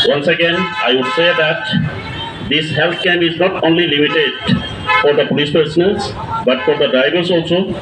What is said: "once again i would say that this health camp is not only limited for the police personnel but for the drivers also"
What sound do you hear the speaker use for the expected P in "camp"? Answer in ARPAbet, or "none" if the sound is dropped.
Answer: none